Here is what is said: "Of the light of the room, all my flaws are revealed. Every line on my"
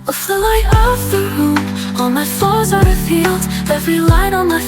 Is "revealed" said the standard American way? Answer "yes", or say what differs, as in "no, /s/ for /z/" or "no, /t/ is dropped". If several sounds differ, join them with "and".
no, /f/ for /v/